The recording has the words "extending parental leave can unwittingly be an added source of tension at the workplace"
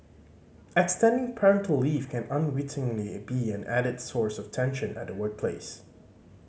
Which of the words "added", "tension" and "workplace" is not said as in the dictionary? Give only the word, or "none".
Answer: none